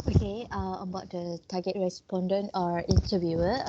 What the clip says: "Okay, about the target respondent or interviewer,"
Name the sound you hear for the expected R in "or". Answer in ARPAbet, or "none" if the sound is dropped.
R